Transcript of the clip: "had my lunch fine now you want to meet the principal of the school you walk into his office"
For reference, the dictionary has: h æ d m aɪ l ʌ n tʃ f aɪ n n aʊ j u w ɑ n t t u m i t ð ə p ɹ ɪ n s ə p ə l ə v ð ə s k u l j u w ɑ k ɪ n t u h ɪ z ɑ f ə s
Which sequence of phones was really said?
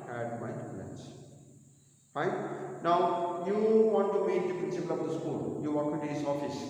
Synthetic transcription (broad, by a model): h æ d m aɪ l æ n s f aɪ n n aʊ j u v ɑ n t t u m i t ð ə p ɹ ɪ n s ə p ə l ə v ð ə s k u l j u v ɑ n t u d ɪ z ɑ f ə s